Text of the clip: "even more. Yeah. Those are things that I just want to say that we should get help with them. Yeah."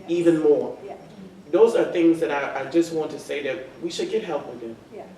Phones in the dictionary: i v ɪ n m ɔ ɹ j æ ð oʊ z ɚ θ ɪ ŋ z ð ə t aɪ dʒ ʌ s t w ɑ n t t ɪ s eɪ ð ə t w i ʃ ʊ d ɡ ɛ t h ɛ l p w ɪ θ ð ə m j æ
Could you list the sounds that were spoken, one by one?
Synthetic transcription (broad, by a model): i v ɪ n m ɔ ɹ ð oʊ z ɚ θ ɪ ŋ z ð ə t aɪ dʒ ʌ s t w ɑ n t t ɪ s eɪ ð ə t w i ʃ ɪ d ɡ ɛ t h ɛ l p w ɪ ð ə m